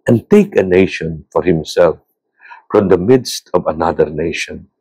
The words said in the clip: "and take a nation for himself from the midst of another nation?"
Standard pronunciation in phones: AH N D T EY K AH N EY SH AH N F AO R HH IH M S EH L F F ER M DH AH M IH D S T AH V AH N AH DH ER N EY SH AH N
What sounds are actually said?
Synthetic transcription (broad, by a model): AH N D T EY K AH N EY SH AH N F AO R HH IH M S EH L F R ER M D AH M IH D S T AH V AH N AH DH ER N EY SH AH N